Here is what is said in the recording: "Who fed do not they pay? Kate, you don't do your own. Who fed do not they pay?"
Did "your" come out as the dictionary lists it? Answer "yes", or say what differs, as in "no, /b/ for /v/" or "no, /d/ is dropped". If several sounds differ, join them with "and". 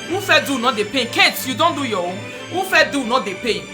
no, /w/ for /ɹ/